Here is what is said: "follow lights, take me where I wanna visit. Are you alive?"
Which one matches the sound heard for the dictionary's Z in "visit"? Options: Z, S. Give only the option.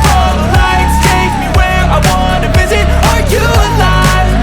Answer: Z